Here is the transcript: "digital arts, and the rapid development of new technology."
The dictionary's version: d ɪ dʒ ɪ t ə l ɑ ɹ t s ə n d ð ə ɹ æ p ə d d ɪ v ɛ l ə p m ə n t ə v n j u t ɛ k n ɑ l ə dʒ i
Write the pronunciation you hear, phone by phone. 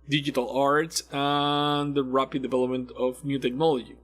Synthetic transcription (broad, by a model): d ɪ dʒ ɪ t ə l ɑ ɹ t s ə n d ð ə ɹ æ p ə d d ɪ v ɛ l ə p m ə n t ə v n j u t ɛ k n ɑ l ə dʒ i